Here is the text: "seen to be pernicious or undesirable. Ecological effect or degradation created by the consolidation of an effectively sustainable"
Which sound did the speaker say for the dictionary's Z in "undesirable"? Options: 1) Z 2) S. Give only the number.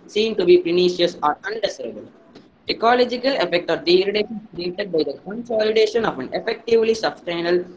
2